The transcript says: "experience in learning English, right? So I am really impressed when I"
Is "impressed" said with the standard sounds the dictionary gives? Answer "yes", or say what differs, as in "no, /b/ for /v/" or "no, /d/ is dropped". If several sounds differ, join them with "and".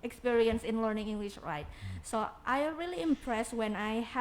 yes